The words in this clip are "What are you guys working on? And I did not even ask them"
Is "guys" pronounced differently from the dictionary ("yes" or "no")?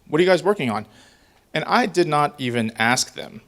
no